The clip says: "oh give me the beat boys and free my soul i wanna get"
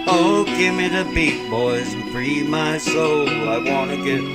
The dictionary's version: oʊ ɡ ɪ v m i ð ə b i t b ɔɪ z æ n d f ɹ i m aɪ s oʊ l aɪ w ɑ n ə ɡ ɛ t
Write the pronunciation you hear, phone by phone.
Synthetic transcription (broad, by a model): oʊ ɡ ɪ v m i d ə b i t b ɔɪ z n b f ɹ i m aɪ s oʊ l aɪ w ɑ n ə ɡ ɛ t